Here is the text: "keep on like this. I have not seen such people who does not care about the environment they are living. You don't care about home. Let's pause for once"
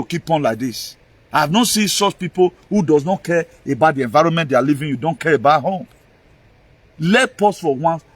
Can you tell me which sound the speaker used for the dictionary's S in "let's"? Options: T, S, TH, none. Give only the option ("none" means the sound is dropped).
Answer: none